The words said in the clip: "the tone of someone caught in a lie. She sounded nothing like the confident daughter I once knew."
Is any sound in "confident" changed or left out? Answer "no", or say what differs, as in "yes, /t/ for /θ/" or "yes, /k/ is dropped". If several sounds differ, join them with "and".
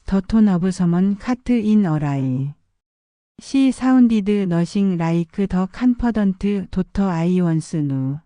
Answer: yes, /p/ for /f/